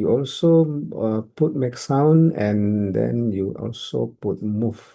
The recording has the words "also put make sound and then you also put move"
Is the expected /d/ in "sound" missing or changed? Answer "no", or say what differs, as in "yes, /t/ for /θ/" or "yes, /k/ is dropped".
yes, /d/ is dropped